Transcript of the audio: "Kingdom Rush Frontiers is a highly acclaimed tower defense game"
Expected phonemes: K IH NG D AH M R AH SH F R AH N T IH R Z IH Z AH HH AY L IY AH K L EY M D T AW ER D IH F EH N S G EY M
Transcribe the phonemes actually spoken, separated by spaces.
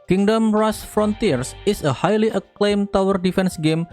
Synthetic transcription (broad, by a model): K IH NG D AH M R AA S F R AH N T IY R S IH S AH HH AY L IY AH K L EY M T AW ER D IH F EH N S G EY M